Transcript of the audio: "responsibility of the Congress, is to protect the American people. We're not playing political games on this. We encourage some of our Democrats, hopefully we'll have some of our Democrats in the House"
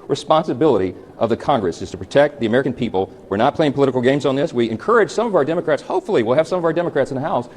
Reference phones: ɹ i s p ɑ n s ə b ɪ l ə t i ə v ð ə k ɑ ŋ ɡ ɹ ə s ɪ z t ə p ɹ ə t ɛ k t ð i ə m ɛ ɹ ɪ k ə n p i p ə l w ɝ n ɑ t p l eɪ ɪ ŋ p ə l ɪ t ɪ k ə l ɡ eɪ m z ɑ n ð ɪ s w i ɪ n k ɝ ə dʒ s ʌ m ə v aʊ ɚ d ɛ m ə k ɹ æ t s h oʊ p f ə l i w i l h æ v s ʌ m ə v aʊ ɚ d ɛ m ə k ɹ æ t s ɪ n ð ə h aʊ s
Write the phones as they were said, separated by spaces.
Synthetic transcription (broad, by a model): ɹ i s p ɑ n s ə b ɪ l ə t i ə v ð ə k ɑ ŋ ɡ ɹ ə s ɪ z t ə p ɹ ə t ɛ k t ð i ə m ɛ ɹ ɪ k n p i p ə l w ɝ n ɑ t p l eɪ ɪ ŋ p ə l ɪ t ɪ k l ɡ eɪ m z n ð ɪ s w i ɪ n k ɝ ə dʒ s ʌ m ə v aʊ ɚ d ɛ m ə k ɹ æ t s h oʊ p f l i w i l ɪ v s ʌ m ə v aʊ ɚ d ɛ m ə k ɹ æ t s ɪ n ð ə h aʊ s